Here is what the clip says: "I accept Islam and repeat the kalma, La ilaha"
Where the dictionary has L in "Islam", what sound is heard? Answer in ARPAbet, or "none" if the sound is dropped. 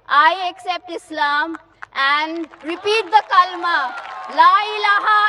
L